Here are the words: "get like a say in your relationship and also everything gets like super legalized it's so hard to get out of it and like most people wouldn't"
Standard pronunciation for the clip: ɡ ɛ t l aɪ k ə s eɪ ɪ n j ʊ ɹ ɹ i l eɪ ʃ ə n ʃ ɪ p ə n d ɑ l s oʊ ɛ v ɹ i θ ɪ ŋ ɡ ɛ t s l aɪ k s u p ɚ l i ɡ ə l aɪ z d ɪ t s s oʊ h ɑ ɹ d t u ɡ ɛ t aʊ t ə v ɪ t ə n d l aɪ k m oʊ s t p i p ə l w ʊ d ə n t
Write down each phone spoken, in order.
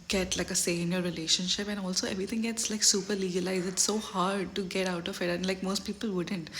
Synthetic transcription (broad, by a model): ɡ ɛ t l aɪ k ə s eɪ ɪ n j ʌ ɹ ɹ i l eɪ ʃ ə n ʃ ɪ p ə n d ɑ l s oʊ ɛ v ɹ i t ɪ ŋ ɡ ɛ t s l aɪ k s u p ɚ l i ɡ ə l aɪ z ɪ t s s oʊ h ɑ ɹ d t u ɡ ɛ t aʊ t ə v ɪ t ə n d l aɪ k m oʊ s t p i p ə l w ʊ d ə n t